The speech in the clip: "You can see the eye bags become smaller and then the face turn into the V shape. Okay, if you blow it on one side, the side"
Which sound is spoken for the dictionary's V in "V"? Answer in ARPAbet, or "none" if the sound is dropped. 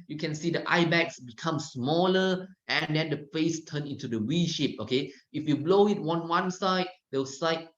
W